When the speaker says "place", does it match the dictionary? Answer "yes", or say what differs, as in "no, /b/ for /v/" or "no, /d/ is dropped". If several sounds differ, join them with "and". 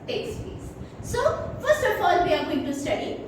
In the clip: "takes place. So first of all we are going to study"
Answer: no, /l/ is dropped